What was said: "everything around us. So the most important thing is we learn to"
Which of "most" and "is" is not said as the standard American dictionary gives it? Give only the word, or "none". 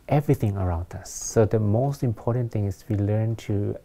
is